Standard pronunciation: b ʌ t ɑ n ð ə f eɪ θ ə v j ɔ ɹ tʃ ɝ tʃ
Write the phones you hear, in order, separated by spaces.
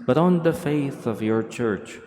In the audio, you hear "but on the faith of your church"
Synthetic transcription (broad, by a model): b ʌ t ɑ n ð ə f eɪ θ ə v j ɔ ɹ tʃ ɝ tʃ